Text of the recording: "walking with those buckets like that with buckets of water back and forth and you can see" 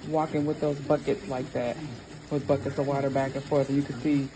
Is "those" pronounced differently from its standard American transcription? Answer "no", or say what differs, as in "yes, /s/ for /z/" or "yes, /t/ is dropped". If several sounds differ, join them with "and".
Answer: no